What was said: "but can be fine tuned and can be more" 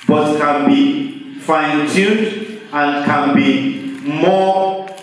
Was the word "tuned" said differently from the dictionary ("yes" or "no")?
yes